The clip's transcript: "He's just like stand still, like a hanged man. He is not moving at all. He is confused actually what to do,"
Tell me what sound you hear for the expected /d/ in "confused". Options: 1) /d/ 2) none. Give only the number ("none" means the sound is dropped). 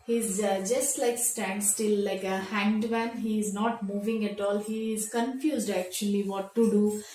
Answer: 1